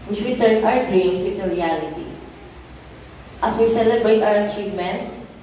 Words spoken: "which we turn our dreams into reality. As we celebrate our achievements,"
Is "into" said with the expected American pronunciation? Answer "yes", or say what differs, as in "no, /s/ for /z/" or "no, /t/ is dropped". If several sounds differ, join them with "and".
no, /n/ is dropped